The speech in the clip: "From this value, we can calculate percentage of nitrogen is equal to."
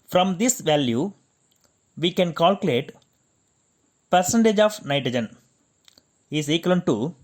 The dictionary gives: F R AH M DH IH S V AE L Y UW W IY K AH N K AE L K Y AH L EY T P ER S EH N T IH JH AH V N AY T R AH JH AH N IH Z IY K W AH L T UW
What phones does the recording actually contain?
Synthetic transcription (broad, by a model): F R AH M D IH S V AE L Y UW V IY K AH N K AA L K Y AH L EY T P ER S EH N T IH JH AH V N AY T R AH JH AH N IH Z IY K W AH N T UW